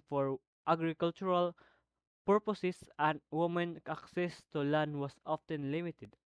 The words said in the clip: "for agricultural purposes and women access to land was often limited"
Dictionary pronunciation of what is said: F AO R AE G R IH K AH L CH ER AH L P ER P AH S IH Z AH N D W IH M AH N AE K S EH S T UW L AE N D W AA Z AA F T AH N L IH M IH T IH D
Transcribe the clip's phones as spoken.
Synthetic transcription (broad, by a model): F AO R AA G R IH K L CH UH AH L P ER P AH S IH S AH N D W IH M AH N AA K S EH S T UW L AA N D W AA S AA F T AH N L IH M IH T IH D